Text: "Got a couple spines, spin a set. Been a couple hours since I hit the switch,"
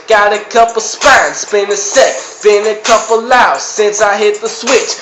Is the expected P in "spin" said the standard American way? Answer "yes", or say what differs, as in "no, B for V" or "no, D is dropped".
no, B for P